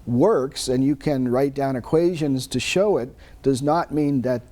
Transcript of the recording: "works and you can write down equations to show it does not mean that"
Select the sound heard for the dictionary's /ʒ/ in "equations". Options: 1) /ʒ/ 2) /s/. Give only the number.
1